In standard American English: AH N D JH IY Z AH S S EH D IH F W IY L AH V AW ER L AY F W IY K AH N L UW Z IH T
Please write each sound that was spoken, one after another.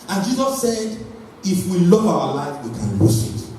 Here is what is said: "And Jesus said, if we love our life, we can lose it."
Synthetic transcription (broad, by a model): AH N JH IY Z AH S S EH D IH F W IY L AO V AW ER L AY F W IY K AH N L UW S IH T